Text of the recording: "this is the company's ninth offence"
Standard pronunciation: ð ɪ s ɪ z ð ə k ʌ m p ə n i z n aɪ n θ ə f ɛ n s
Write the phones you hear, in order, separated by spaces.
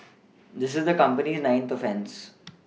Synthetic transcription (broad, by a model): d ɪ s ɪ z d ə k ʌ m p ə n i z n aɪ n t ə f ɛ n s